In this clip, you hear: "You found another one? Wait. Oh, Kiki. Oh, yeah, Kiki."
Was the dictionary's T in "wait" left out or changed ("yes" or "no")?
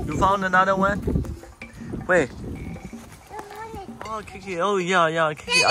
yes